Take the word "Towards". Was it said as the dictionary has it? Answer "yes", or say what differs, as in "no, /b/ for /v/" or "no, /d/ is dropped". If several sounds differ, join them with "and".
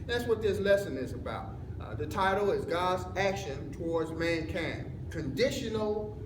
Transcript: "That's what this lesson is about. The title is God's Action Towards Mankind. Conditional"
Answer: yes